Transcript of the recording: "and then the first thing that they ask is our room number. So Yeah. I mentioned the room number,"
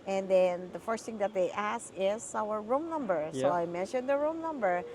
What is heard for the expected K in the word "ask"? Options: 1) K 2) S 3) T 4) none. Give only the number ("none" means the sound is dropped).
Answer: 4